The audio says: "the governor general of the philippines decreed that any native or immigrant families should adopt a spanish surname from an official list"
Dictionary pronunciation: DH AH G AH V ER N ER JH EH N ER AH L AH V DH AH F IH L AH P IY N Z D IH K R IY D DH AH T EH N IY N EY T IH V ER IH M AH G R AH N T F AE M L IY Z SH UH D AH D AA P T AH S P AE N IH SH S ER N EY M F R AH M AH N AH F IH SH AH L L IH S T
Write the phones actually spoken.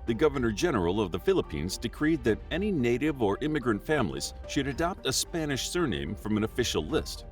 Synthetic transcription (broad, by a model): DH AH G AH V ER N ER JH EH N ER L AH V DH AH F IH L AH P IY N Z D IH K R IY D DH AH T EH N IY N EY T IH V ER IH M AH G R AH N T F AE M L IY Z SH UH D AH D AA P T AH S P AE N IH SH S ER N EY M F R AH M AH N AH F IH SH L L IH S T